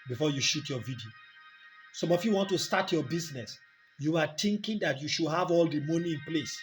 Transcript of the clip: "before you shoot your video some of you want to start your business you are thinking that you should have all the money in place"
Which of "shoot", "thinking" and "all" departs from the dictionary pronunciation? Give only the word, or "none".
thinking